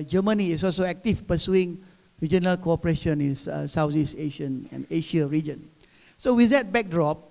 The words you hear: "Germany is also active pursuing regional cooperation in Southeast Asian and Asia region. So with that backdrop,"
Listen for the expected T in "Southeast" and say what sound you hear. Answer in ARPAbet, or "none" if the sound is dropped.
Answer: none